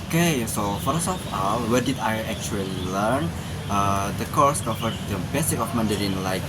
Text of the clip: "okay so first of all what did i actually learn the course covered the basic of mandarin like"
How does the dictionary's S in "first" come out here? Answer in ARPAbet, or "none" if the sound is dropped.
none